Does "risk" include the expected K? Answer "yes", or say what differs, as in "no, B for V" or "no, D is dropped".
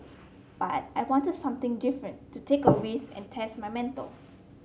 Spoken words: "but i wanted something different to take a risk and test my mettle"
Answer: no, K is dropped